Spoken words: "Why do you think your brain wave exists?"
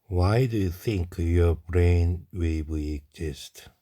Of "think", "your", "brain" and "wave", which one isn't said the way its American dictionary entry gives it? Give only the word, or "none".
wave